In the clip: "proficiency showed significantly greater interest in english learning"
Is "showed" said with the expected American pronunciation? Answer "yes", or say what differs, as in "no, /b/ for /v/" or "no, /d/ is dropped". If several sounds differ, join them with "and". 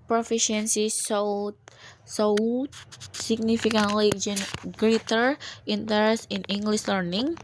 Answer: no, /s/ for /ʃ/